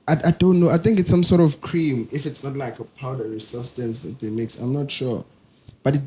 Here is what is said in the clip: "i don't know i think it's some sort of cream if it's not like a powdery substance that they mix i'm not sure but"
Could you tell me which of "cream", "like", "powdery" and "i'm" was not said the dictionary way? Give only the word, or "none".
none